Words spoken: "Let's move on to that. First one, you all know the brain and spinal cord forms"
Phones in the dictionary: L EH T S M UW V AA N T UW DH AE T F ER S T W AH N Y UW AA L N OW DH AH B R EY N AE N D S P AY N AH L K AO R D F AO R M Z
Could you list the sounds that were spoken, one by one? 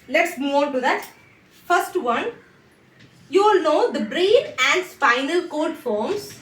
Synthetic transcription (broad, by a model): L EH T S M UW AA T UW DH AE T F ER S T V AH N Y UW L N OW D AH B R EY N AE N D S F AY N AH L K AO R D F AO R M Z